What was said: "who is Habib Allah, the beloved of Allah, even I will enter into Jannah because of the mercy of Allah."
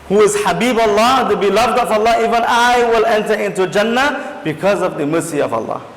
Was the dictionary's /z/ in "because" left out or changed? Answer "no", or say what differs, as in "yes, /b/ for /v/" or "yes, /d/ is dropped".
no